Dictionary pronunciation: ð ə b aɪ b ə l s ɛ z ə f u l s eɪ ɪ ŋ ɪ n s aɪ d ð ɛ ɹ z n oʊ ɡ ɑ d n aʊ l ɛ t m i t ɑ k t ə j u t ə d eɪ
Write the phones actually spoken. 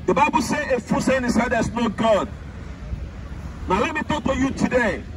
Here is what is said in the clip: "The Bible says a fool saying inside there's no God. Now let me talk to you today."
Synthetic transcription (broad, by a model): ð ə b aɪ b ə l s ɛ ə f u s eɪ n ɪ s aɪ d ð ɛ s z n oʊ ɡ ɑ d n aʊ l ɛ t m i t ɑ k t ə j u t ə d eɪ